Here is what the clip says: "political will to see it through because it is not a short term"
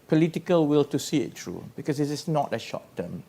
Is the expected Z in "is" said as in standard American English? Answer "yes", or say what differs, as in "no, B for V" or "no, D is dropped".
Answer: no, S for Z